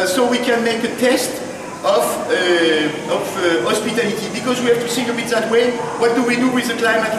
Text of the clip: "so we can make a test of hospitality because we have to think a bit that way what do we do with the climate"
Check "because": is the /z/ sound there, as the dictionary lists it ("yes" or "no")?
yes